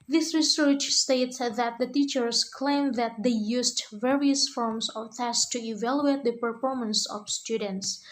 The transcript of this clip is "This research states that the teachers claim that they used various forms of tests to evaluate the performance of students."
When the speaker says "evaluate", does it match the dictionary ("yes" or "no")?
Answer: yes